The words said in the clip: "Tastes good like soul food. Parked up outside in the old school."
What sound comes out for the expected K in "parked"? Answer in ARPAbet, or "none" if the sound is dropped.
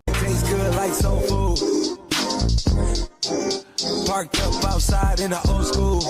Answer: K